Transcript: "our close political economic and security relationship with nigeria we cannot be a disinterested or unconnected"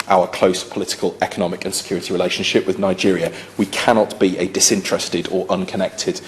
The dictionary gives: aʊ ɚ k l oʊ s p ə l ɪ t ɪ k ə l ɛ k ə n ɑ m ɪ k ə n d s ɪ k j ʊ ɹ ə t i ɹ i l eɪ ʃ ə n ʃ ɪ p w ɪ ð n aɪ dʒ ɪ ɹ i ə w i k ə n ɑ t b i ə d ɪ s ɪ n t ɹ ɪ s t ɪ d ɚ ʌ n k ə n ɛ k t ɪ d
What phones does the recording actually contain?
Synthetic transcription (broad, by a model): aʊ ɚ k l oʊ s p ə l ɪ t ɪ k ə l ɛ k ə n ɑ m ɪ k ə n s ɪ k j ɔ ɹ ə t i ɹ i l eɪ ʃ ə n ʃ ɪ p w ɪ ð n aɪ dʒ ɪ ɹ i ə w i k ə n ɑ t b i ə d ɪ s ɪ n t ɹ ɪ s t ɪ d ɚ ʌ n k ə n ɛ k t ɪ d